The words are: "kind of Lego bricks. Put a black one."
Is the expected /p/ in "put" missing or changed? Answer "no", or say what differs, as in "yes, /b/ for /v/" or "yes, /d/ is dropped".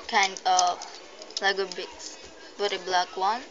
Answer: yes, /b/ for /p/